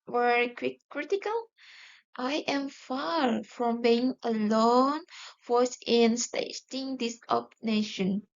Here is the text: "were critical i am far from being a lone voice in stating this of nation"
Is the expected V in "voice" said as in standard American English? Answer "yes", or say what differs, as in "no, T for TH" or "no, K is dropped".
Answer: no, F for V